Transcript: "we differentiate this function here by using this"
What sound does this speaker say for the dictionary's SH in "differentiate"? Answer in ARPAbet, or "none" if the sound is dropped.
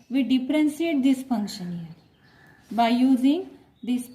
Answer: S